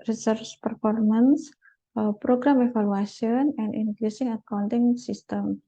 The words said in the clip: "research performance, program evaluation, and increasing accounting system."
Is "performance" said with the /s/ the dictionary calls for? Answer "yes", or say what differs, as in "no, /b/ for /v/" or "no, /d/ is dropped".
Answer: yes